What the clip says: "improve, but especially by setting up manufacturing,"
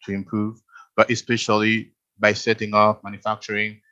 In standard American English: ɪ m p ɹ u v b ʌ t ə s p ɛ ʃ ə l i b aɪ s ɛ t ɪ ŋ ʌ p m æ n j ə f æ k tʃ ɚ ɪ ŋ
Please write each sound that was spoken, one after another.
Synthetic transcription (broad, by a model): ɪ m p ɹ u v b ʌ t ə s p ɛ ʃ ə l i b aɪ s ɛ t ɪ ŋ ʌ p m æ n j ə f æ k tʃ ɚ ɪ ŋ